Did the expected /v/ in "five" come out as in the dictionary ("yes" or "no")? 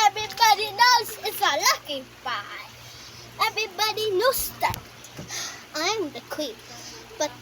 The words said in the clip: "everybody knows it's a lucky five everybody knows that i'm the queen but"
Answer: no